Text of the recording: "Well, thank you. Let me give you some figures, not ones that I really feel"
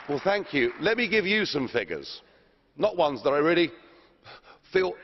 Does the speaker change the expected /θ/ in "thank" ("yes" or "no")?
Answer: no